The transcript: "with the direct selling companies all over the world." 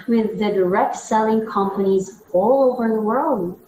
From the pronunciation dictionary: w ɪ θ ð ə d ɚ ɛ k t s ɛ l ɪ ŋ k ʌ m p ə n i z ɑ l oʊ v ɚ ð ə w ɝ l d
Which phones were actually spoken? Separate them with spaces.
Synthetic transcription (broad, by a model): w ɪ ð ə d ɚ ɛ k t s ɛ l ɪ ŋ k ʌ m p ə n i z ɑ l oʊ v ɚ ð ə w ɝ l d